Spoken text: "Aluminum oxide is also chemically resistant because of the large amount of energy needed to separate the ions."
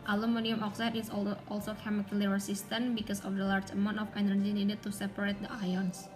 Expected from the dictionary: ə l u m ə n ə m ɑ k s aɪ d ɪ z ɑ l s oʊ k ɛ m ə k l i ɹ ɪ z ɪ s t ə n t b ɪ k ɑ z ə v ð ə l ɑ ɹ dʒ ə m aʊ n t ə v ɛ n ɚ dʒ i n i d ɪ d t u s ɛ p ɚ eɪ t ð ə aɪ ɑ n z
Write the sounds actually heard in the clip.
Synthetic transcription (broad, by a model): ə l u m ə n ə m ɑ k s aɪ d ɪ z ɑ l s oʊ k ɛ m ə k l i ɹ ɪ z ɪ s t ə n b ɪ k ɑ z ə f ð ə l ɑ ɹ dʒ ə m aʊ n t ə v ɛ n ɚ dʒ i n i d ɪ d t u s ɛ p ɚ eɪ t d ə aɪ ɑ n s